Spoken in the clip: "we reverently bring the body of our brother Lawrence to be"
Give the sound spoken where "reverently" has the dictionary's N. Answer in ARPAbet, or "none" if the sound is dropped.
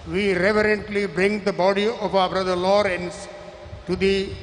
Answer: N